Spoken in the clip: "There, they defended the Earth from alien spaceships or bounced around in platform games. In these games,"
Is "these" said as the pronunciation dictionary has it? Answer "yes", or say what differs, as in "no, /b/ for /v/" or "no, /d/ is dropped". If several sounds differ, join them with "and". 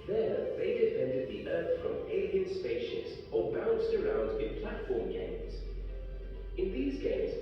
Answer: yes